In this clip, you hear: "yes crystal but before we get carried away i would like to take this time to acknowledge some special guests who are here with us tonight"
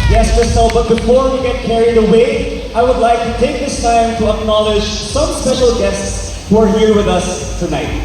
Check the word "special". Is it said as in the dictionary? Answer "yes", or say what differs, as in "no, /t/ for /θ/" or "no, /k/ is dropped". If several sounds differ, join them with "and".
no, /p/ is dropped